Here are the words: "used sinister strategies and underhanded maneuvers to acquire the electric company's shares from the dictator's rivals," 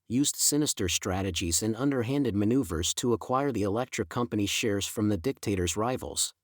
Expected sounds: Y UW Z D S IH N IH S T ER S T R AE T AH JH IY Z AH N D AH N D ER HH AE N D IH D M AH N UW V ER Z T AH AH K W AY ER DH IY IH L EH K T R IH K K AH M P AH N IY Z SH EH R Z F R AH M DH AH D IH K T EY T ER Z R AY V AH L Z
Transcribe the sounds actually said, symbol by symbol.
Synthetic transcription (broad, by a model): Y UW Z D S IH N IH S T ER S T R AE T AH JH IY Z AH N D AH N D ER HH AE N D IH D M AH N UW V ER Z T AH AH K W AY ER DH IY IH L EH K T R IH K K AH M P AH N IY SH EH R Z F R AH M DH AH D IH K T EY T ER Z R AY V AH L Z